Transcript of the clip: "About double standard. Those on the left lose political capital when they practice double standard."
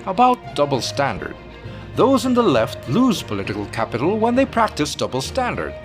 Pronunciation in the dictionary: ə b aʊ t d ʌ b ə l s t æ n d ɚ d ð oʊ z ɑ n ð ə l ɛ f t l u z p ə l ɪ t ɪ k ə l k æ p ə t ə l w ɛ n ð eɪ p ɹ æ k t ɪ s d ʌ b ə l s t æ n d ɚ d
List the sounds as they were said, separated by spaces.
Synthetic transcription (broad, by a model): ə b aʊ t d ʌ b l s t æ n d ɚ d ð oʊ z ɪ n ð ə l ɛ f t l u z p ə l ɪ t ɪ k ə l k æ p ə t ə l w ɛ n ð eɪ p ɹ æ k t ɪ s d ʌ b l s t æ n d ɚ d